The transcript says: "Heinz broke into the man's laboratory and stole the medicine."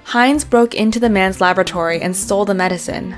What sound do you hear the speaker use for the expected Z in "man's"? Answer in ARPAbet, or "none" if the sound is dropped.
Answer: Z